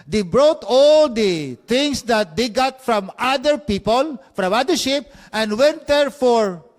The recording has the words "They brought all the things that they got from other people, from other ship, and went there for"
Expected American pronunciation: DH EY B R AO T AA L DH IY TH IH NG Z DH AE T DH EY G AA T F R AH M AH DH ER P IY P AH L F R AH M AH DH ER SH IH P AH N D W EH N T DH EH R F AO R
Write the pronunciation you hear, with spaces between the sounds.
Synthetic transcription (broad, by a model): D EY B R AO T AA L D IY T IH NG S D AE T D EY G AA T F R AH M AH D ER P IY P AH L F R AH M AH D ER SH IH P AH N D W EH N T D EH R F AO R